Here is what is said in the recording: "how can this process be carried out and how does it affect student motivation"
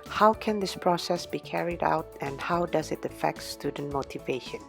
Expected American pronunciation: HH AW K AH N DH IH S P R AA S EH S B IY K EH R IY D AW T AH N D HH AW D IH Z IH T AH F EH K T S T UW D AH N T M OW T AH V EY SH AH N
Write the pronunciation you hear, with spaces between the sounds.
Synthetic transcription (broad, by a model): HH AW K AH N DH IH S P R AA S EH S B IY K EH R IY D AW T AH N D HH AW D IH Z IH T AH F EH K T S T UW D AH N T M OW T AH V EY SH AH N